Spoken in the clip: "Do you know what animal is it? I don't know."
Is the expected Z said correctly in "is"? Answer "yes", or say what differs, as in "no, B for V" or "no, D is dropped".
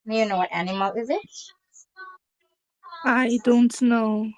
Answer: yes